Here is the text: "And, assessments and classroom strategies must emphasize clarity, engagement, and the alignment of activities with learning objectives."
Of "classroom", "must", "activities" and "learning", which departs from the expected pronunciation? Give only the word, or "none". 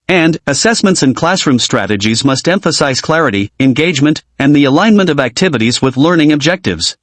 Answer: none